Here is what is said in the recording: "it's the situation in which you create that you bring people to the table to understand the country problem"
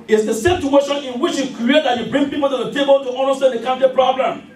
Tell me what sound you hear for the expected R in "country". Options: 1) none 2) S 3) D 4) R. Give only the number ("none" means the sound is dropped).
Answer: 1